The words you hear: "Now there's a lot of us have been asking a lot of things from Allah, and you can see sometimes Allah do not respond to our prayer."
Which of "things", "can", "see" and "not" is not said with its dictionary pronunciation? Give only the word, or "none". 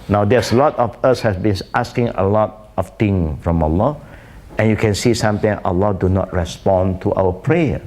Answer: things